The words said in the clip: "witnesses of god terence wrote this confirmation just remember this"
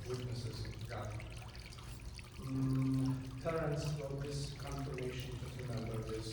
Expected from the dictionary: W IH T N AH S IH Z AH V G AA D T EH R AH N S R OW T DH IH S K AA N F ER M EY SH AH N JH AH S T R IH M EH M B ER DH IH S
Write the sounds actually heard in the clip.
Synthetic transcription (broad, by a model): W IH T N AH S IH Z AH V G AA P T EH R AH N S W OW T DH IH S K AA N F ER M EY SH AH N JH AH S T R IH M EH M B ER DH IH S